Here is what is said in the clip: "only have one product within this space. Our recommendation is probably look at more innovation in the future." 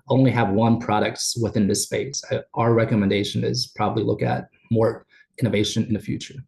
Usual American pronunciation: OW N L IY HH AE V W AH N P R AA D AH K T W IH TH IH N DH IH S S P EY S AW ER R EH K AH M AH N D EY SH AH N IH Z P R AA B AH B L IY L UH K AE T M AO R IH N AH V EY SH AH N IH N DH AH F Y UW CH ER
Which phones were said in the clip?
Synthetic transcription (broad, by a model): OW N L IY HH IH V W AH N P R AA D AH K T W IH TH IH N DH IH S S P EY S AW ER R EH K AH M AH N D EY SH AH N IH Z P R AA B AH B L IY L UH K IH T M AO R IH N AH V EY SH AH N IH N DH AH F Y UW CH ER